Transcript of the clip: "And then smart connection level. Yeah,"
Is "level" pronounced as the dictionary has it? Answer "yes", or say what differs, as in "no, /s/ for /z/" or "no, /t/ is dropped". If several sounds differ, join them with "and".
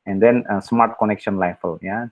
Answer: no, /f/ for /v/